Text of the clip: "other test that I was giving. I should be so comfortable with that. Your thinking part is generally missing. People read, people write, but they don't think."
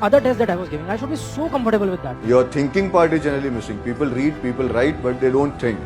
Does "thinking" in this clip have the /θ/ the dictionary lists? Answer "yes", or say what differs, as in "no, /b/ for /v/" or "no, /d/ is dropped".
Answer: no, /t/ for /θ/